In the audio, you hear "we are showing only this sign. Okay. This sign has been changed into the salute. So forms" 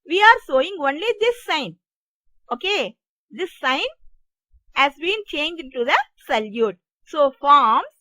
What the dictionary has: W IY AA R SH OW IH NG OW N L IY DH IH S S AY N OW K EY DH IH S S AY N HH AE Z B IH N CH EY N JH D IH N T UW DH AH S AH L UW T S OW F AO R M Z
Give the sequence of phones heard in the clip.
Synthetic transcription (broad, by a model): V IY AA R S OW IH NG OW N L IY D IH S S AY N OW K EY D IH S S AY N HH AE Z B IH N CH EY N JH IH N T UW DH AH S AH L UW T S OW F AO R M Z